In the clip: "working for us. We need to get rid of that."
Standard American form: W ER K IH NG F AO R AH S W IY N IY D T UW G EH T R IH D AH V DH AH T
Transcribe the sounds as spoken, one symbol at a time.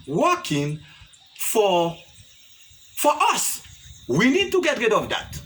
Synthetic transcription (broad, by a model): W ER K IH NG F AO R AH S W IY N IY D T UW G EH T R IH D AH V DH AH T